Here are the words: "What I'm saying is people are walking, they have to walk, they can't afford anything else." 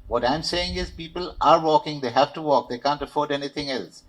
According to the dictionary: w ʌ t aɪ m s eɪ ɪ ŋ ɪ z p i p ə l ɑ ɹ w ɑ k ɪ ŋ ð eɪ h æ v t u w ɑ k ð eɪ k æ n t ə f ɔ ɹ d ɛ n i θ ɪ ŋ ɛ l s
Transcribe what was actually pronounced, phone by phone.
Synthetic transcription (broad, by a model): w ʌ t aɪ m s eɪ ɪ ŋ ɪ z p i p ə l ɑ ɹ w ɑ k ɪ ŋ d eɪ h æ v t u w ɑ k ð eɪ k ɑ n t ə f ɔ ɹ d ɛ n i t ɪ ŋ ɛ l s